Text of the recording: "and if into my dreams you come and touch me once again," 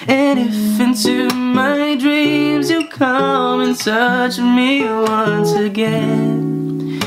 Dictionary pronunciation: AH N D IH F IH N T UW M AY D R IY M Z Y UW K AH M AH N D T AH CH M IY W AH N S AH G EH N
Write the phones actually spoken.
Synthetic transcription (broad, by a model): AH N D IH F IH N T UW M AY D R IY M Z Y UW K AH M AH N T AH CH M IY W AH N S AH G EH N